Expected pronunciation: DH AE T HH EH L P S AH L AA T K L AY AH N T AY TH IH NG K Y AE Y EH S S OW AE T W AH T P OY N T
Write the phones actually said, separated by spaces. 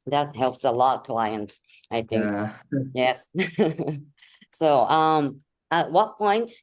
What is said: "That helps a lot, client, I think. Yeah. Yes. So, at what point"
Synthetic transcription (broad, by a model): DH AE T HH EH L P S AH L AA T K L AY AH N T AY TH IH NG K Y Y EH S S OW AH T W AH T P OY N T